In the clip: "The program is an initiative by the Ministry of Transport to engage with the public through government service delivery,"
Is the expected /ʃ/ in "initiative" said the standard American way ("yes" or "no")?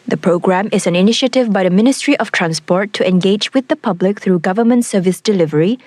yes